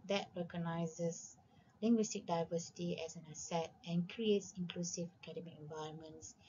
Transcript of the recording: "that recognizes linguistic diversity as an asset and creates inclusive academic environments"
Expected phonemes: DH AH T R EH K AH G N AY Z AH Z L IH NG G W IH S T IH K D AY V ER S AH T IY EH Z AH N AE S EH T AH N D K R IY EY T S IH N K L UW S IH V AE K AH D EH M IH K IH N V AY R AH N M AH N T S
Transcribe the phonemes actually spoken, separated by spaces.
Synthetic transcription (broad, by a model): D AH T R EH K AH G N AY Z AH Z L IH NG G W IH S T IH K D AY V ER S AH T IY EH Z AH N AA S EH T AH N K R IY EY T S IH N K L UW S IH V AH K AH D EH M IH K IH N V AY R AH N M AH N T S